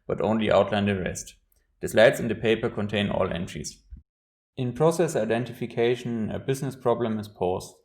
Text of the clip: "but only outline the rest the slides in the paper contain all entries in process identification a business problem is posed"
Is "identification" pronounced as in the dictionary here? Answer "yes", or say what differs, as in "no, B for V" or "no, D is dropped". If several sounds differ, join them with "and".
yes